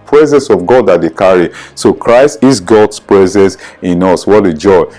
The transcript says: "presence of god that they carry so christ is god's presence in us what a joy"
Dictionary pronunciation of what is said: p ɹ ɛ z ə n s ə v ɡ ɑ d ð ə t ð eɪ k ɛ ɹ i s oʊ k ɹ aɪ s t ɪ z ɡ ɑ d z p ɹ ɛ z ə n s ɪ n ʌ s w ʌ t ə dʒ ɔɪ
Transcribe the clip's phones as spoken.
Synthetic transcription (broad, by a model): p ɹ ɛ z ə n s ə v ɡ ɑ d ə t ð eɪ k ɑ ɹ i s oʊ k ɹ aɪ s t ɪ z ɡ ɑ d s p ɹ ɛ z ə n s ɪ n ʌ s w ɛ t ə dʒ ɔɪ